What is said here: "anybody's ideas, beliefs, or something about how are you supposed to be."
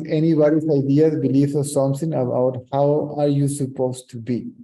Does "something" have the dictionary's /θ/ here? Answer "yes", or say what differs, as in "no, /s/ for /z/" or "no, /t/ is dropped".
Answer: no, /s/ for /θ/